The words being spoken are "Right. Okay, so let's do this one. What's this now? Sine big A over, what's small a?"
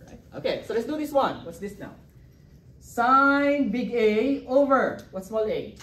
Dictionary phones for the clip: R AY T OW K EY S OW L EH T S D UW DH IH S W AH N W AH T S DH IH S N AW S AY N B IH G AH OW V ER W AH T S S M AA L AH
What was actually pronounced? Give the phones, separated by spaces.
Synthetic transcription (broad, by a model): R AY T OW K EY S OW L EH T S D UW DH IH S W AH N W AH T S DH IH S N AW S AY N B IH G AH OW V ER W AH T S S M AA L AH